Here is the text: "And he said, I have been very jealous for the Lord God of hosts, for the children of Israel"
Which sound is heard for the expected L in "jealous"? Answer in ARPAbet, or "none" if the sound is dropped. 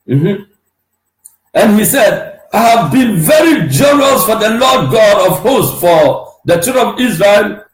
N